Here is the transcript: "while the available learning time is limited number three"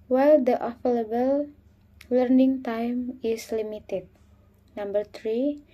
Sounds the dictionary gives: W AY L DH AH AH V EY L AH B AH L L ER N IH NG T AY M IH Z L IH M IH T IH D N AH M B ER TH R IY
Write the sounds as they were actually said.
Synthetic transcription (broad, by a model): W AY L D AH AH F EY L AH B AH L L ER N IH NG T AY M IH S L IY M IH T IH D N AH M B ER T R IY